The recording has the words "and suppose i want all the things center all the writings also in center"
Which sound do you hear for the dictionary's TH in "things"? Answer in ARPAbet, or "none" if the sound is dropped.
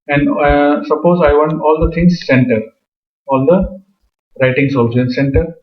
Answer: T